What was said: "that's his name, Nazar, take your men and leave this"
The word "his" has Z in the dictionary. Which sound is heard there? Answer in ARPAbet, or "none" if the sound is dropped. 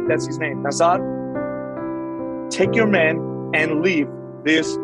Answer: Z